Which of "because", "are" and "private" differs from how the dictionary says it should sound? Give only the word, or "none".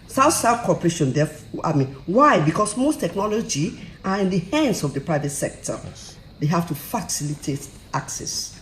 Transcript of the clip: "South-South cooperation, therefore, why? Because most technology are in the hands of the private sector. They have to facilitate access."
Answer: because